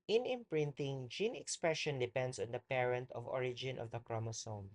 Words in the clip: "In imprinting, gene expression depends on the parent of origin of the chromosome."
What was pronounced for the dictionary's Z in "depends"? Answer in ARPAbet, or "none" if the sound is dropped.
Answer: S